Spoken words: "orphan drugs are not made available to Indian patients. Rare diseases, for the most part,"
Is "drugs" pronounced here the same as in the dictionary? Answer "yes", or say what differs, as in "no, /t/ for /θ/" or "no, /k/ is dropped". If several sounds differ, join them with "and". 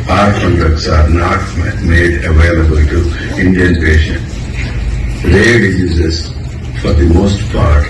no, /ɹ/ is dropped